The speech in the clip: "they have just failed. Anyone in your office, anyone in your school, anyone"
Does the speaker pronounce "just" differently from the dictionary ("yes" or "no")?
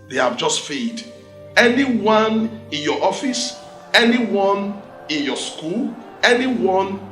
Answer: no